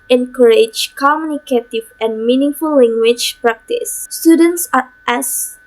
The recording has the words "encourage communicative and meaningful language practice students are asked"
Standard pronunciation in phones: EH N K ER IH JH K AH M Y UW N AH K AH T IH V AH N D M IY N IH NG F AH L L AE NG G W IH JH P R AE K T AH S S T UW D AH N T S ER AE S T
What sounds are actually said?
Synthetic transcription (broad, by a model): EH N K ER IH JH K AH M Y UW N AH K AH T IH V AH N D M IY N IH NG F AH L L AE NG G W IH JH P R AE K T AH S S T UW D AH N T S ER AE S